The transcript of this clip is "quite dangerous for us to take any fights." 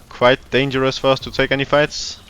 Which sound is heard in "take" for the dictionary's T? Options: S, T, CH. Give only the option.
T